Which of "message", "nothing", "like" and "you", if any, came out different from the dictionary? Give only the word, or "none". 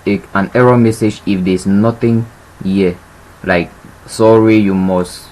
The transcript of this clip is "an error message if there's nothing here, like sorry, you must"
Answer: nothing